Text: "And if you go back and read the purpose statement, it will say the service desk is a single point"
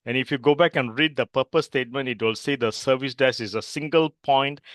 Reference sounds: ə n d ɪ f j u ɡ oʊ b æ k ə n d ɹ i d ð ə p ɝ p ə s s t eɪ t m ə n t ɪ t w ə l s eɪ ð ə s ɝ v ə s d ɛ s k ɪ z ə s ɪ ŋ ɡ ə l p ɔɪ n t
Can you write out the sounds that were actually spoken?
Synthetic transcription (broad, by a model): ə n ɪ f j u ɡ oʊ b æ k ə n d ɹ i d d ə p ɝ p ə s s t eɪ t m ə n t ɪ t w ə l s eɪ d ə s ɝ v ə s d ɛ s ɪ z ə s ɪ ŋ ɡ ə l p ɔɪ n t